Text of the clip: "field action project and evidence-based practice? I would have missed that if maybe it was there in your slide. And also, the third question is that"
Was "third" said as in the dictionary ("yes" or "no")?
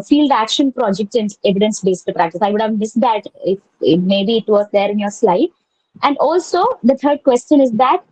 no